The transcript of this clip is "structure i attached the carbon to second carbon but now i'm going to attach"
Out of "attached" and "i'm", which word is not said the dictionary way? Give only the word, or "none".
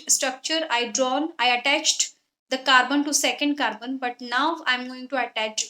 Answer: none